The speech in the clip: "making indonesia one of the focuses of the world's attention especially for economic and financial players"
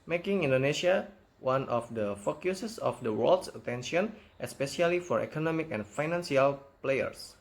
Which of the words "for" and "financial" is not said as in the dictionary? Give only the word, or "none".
financial